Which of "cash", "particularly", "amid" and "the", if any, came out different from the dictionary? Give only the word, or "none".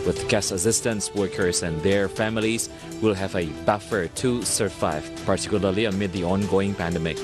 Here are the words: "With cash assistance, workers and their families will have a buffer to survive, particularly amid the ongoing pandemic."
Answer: cash